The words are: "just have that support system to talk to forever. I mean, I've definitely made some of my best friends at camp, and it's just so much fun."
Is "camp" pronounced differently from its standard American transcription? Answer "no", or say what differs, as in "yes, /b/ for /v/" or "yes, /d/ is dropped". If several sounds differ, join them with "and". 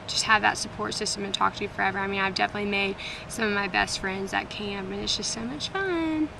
yes, /p/ is dropped